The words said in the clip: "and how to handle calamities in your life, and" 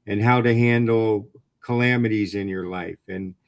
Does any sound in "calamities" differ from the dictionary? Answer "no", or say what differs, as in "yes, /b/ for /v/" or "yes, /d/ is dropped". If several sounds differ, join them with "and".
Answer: no